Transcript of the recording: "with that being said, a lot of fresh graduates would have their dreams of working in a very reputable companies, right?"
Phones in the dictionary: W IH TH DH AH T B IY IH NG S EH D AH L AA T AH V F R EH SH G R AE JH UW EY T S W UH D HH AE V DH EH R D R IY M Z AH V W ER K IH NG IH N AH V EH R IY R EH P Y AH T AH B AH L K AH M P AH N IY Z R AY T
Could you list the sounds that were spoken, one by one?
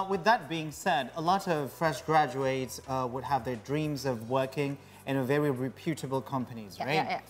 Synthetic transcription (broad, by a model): W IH DH AH T B IY IH NG S EH D AH L AA T AH V F R EH SH G R AE JH UW EY T S W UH D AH V DH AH R D R IY M Z AH V W ER K IH NG IH N AH V EH R IY R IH P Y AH T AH B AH L K AH M P AH N IY Z R AY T